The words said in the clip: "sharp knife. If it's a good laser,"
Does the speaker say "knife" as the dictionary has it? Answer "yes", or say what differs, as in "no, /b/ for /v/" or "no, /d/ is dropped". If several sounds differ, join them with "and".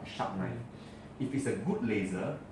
no, /f/ is dropped